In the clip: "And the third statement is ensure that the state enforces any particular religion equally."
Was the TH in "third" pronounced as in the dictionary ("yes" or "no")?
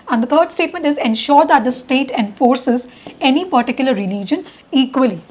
no